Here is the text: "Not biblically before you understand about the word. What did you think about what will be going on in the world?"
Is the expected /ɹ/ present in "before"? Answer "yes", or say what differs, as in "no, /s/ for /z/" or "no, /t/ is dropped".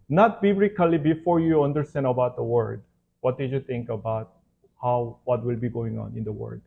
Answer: yes